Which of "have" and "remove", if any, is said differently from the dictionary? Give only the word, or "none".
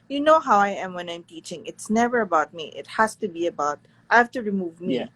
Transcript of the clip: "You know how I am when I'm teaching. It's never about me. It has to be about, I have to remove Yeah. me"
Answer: have